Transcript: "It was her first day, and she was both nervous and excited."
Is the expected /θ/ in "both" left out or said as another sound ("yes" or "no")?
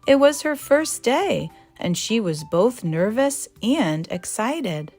no